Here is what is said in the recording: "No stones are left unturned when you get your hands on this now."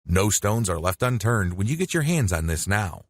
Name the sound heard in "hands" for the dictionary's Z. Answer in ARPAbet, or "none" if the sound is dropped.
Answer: Z